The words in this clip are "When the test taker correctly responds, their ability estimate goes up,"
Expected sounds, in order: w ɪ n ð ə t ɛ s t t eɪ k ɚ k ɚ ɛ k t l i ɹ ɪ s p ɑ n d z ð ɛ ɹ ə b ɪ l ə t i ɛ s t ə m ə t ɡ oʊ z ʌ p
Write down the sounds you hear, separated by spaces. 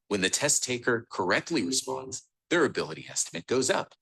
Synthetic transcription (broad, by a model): w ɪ n ð ə t ɛ s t t eɪ k ɚ k ɚ ɛ k t l i ɹ ɪ s p ɑ n d z ð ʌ ɹ ə b ɪ l ə t i ɛ s t ə m ə t ɡ oʊ z ʌ p